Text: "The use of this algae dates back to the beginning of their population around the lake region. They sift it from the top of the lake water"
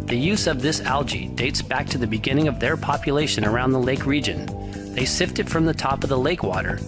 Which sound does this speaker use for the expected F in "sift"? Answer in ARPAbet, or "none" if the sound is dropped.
F